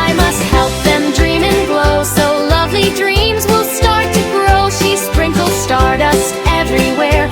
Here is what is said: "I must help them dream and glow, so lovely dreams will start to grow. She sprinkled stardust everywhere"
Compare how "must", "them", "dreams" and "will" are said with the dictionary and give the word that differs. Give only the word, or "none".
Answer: none